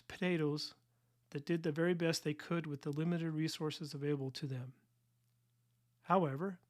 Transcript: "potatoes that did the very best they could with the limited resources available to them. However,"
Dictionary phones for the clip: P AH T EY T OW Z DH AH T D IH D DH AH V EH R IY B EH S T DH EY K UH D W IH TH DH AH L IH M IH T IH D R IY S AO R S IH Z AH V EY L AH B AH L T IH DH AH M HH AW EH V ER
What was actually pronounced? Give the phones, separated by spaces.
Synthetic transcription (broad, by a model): P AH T EY T OW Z DH AH T D IH D DH AH V EH R IY B EH S T DH EY K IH D W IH DH AH L IH M IH T IH D R IY S AO R S IH Z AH V EY L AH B L T IH DH AH M HH AW EH V ER